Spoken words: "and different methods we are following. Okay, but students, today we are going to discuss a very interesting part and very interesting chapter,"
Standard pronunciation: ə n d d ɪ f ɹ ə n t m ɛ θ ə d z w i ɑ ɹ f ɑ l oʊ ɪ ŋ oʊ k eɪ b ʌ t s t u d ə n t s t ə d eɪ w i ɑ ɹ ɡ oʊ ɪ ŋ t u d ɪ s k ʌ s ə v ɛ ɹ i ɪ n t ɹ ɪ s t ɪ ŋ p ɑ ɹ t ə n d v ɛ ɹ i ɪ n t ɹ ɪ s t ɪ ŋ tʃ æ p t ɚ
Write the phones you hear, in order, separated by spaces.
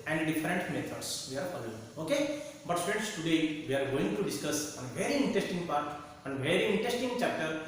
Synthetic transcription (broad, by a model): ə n d d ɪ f ɹ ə n t m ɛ t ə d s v i ɑ ɹ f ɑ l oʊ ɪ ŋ oʊ k eɪ b ʌ t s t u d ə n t s t ə d eɪ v i ɑ ɹ ɡ oʊ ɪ ŋ t u d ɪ s k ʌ s ə v ɛ ɹ i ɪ n t ɹ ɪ s t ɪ ŋ p ɑ ɹ t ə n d v ɛ ɹ i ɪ n t ɹ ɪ s t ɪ ŋ tʃ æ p t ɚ